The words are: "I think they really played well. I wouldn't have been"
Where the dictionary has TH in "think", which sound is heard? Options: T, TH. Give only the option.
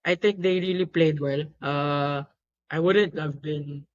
T